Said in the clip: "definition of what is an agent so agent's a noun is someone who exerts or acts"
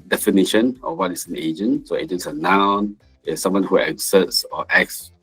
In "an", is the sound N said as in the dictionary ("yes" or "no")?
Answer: yes